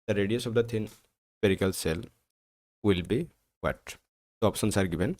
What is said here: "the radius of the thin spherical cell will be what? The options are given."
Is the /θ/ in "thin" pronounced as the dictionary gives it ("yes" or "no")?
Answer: no